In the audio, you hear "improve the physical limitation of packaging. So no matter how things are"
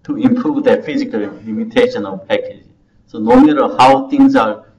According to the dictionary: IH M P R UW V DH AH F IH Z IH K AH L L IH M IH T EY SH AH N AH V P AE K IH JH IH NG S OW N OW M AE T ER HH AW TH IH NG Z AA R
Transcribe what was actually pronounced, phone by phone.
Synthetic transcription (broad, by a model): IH M P R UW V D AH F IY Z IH K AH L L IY M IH T EY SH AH N AH V P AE K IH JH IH S OW N OW M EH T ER HH AW T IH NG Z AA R